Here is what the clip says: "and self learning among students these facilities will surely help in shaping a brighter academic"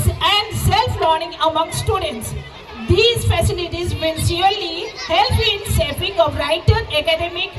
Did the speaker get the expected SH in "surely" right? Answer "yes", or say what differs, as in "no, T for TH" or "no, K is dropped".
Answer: no, S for SH